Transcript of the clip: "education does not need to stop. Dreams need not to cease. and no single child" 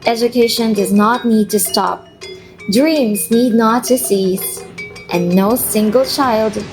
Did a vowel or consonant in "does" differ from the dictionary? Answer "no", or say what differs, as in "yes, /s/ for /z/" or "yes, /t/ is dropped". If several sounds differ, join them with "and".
no